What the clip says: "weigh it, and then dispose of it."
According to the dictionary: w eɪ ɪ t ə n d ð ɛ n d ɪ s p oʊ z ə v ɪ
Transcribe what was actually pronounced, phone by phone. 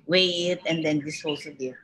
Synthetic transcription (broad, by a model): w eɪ ɪ t ə n d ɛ n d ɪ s oʊ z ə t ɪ